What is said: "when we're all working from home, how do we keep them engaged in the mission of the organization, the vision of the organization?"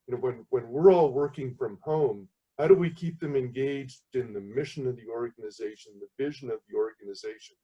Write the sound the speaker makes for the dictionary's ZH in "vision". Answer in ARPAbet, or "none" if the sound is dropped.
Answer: ZH